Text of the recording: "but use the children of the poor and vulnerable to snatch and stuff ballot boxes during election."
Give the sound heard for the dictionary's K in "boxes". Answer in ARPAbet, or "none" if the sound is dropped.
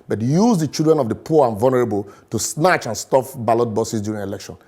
none